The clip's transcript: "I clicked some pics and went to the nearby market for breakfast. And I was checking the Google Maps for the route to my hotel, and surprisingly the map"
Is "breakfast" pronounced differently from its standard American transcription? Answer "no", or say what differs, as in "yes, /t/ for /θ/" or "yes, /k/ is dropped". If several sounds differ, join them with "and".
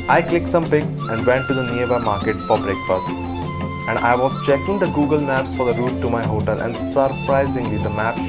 yes, /p/ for /f/